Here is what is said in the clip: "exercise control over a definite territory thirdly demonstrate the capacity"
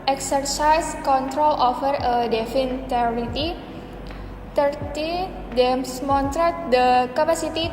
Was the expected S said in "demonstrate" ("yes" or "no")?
no